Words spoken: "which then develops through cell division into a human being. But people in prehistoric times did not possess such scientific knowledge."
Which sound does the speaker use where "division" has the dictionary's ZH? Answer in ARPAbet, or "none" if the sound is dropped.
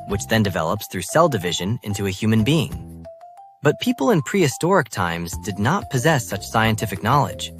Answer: ZH